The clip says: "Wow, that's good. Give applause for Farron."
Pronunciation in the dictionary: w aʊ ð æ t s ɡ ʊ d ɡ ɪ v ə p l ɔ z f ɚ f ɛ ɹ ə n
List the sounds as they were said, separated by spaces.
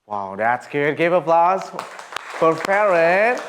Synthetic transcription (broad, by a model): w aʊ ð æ t s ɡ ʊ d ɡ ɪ v ə p l ɔ z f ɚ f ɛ ɹ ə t